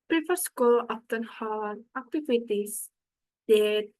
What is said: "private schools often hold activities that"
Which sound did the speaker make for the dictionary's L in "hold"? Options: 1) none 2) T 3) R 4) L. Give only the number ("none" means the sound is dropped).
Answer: 1